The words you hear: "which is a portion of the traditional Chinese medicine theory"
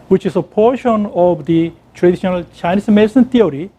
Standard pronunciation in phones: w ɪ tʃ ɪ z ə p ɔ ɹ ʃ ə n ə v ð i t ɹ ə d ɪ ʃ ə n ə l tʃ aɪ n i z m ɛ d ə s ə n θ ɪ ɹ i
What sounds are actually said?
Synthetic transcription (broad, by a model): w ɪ tʃ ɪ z ə p ɔ ɹ ʃ ə n ə v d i t ɹ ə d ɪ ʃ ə n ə l tʃ aɪ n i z m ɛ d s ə n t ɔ ɹ i